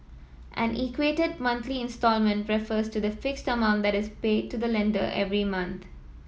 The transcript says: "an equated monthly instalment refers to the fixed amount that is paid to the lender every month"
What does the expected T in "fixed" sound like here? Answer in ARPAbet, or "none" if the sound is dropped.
T